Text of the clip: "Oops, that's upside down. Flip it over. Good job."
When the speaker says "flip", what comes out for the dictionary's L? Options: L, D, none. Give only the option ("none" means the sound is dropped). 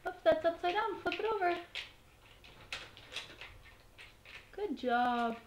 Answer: none